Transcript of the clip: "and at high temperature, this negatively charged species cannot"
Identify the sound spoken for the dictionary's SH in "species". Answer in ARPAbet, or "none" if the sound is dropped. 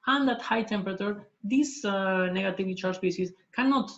S